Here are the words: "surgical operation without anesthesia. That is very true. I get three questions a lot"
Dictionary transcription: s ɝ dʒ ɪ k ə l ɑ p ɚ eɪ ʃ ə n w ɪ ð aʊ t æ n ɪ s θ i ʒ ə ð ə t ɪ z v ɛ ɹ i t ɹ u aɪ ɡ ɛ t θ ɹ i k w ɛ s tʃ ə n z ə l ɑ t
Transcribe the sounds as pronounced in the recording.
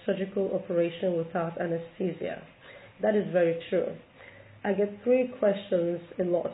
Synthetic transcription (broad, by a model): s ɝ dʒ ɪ k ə l ɑ p ɚ eɪ ʃ ə n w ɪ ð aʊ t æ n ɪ s t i z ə ð ə t ɪ z v ɛ ɹ i t ɹ u aɪ ɡ ɛ t θ ɹ i k w ɛ s tʃ ə n z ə l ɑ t